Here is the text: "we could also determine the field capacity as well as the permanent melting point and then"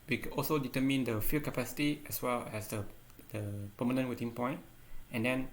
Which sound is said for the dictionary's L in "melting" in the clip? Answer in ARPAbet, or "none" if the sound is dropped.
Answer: none